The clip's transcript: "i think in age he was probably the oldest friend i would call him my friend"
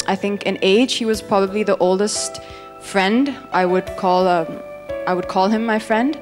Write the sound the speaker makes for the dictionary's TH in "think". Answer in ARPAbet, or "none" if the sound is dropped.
TH